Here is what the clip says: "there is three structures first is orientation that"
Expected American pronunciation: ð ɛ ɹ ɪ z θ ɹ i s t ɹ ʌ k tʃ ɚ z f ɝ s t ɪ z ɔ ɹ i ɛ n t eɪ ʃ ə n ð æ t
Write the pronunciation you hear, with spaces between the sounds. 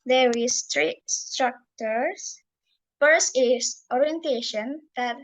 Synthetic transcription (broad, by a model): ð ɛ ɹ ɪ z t ɹ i s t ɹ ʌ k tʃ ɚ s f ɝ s ɪ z ɔ ɹ i ɛ n t eɪ ʃ ə n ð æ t